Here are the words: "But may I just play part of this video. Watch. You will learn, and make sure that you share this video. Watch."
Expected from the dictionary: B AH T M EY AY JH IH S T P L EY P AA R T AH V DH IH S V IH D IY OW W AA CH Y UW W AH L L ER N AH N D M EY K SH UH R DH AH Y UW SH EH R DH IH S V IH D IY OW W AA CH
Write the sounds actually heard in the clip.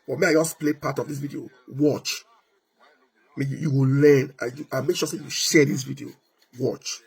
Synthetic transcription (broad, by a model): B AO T M EY AY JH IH S P L EY P AA T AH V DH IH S V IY D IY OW W AA CH Y UW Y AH W L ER N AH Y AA M EY K SH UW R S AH Y UW SH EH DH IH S V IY D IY OW W AA CH